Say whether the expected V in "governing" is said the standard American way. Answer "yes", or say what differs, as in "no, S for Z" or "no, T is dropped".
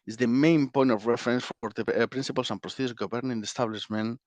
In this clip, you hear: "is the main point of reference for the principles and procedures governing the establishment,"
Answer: no, B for V